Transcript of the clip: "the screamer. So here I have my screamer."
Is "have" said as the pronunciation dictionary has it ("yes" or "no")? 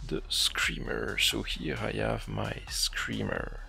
yes